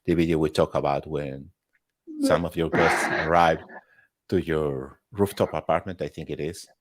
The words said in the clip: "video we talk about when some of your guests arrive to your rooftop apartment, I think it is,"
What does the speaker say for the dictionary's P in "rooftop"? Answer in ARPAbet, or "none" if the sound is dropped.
P